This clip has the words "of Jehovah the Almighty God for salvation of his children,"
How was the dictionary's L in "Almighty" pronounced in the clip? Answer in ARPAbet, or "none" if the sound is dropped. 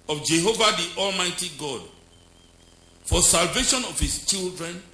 L